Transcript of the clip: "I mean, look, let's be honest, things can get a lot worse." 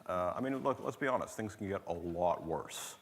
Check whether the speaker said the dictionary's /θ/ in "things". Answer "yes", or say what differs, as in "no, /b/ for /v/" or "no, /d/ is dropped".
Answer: yes